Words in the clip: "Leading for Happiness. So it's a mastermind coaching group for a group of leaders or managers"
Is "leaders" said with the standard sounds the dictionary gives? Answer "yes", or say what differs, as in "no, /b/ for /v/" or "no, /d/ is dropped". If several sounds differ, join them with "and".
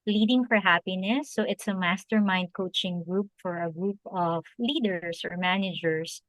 no, /s/ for /z/